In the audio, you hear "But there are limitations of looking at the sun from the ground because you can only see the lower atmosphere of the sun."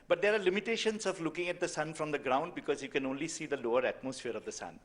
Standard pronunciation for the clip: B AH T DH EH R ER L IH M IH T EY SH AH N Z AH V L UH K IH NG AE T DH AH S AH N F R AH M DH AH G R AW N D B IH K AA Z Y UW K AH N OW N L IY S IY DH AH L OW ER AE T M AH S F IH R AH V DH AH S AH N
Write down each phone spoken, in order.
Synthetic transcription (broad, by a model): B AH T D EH R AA L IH M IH T EY SH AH N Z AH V L UH K IH NG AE T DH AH S AH N F R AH M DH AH G R AW N D B IH K AA Z Y UW K AH N OW N L IY S IY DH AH L OW ER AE T M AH S F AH R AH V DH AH S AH N